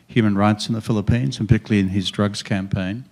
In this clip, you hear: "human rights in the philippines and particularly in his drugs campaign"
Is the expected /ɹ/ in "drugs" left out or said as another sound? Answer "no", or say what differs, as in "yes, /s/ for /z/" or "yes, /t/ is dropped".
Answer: no